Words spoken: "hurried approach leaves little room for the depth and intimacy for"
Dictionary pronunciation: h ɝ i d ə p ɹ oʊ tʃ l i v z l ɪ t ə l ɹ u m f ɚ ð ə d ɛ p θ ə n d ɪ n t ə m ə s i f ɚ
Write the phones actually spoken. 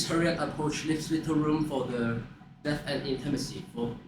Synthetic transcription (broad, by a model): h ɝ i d ə p ɹ oʊ tʃ l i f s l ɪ t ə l ɹ u m f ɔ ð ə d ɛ θ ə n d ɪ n t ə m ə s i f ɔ